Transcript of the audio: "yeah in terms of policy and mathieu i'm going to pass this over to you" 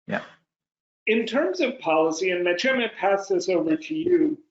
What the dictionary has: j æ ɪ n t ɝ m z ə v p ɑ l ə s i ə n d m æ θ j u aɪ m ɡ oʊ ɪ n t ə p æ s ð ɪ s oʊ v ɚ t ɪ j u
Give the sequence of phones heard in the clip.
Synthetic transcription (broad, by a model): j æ ɪ n t ɝ m z ə v p ɑ l ə s i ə n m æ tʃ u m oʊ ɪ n p æ s ð ɪ s oʊ v ɚ t ɪ j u